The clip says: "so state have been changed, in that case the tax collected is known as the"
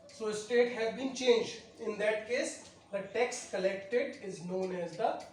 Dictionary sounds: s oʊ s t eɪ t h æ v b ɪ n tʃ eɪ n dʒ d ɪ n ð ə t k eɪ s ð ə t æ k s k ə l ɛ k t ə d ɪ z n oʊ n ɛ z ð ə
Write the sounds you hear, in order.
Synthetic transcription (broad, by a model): s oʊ s t eɪ t h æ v b ɪ n tʃ eɪ n dʒ d ɪ n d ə t k eɪ s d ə t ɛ k s k ə l ɛ k t ə d ɪ z n oʊ n ɛ z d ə